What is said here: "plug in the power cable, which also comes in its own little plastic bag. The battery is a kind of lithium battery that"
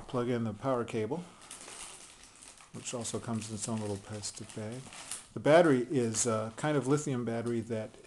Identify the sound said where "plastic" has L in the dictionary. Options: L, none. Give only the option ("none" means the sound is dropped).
none